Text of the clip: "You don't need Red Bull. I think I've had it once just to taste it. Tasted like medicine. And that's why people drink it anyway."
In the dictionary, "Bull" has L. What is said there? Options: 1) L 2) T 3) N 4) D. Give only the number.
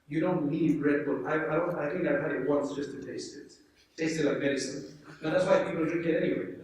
3